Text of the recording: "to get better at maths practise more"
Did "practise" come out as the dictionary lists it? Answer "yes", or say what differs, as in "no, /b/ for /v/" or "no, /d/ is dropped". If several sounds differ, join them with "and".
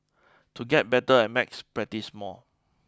no, /k/ is dropped